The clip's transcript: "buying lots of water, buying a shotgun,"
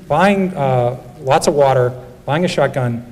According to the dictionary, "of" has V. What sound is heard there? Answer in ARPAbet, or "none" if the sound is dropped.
V